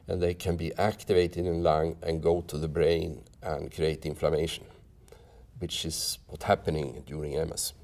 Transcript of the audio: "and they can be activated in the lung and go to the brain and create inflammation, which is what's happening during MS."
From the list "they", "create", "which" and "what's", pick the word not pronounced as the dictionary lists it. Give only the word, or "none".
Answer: what's